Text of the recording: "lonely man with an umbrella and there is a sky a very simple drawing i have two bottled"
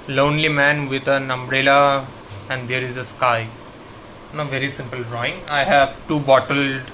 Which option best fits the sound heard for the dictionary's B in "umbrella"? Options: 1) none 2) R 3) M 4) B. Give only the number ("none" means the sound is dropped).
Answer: 4